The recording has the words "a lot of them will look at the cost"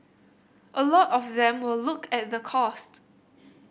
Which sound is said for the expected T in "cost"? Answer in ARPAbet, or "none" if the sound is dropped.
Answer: T